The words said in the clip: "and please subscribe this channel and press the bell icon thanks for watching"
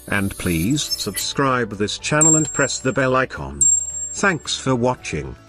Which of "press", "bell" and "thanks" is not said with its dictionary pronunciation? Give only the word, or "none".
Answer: none